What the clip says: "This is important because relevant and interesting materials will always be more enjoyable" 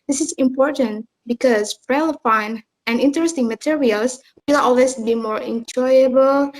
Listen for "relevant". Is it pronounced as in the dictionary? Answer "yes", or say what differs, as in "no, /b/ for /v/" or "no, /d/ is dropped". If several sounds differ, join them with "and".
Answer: no, /f/ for /v/